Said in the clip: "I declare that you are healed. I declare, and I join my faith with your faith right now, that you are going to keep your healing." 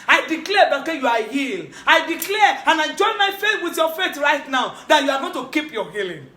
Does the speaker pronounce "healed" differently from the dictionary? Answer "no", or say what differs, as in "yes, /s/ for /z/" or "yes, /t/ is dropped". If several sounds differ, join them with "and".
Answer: yes, /d/ is dropped